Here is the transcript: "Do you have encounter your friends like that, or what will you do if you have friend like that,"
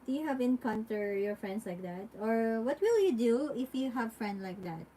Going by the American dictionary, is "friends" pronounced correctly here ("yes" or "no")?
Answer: no